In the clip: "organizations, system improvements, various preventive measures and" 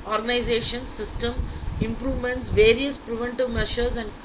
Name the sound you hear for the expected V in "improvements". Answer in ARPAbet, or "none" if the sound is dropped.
V